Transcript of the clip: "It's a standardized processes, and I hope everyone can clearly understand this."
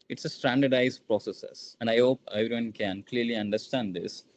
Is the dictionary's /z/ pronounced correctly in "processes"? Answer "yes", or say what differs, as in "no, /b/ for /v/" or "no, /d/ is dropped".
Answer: no, /s/ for /z/